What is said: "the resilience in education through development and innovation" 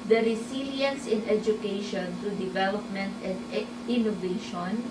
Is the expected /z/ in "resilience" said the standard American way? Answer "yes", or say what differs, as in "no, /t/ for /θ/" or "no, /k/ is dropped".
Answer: no, /s/ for /z/